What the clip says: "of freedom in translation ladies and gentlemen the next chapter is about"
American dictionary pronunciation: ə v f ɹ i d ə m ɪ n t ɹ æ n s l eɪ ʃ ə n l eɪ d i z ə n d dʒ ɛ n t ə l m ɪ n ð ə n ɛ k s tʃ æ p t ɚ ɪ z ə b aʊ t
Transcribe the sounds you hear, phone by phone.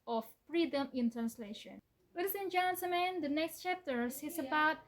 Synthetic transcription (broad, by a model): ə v f ɹ i d ə m ɪ n t ɹ æ n s l eɪ ʃ ə n w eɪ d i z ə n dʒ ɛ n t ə m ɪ n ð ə n ɛ k s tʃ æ p t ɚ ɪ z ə b aʊ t